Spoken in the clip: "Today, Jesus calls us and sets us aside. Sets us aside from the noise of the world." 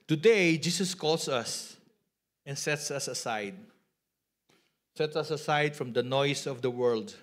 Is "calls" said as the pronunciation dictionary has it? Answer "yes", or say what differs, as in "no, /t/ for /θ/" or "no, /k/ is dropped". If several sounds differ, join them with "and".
no, /s/ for /z/